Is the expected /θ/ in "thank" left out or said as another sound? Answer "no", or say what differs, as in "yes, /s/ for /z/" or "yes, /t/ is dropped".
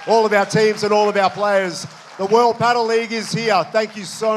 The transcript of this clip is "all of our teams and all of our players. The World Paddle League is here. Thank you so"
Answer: no